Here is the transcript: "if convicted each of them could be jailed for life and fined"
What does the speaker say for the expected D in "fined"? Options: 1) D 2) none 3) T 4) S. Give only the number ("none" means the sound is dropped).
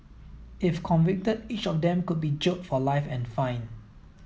2